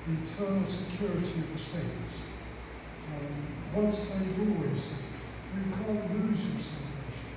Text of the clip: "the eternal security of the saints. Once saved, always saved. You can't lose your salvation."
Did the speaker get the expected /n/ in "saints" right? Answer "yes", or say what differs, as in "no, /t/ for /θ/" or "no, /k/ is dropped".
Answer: no, /n/ is dropped